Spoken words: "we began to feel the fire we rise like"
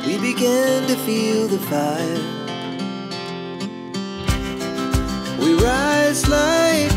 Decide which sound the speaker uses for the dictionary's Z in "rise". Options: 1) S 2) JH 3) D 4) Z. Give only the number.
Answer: 4